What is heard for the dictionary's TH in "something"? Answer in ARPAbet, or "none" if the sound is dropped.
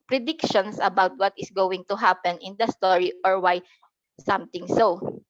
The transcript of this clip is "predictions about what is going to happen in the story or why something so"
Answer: T